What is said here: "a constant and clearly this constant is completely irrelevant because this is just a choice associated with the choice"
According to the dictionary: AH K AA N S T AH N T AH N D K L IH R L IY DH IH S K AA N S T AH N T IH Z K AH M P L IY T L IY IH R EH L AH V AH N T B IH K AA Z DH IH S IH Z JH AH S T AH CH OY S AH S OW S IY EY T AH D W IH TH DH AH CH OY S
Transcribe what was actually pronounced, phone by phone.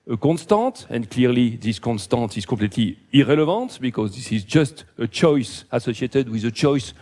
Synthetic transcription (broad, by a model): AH K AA N S T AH T AH N D K L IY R L IY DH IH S K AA N S T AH T IH Z K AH P L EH T L IY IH R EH L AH V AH T B IH K AA Z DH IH S IH Z JH AH S T AH CH OY S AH S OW S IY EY T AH D W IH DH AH CH OY S